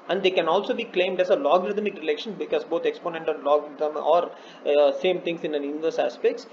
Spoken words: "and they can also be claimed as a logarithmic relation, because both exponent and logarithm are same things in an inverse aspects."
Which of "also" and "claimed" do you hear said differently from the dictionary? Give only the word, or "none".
none